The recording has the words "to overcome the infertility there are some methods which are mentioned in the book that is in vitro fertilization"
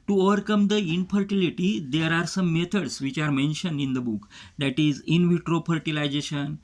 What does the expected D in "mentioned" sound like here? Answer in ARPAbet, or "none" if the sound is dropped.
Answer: D